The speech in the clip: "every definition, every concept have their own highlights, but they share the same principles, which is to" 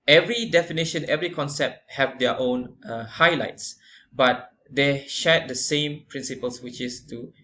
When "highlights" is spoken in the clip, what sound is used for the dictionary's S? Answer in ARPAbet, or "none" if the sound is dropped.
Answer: S